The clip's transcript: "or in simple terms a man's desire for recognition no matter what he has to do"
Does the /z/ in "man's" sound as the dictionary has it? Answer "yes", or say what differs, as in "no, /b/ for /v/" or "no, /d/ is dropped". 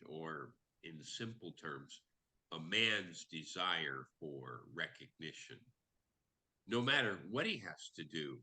yes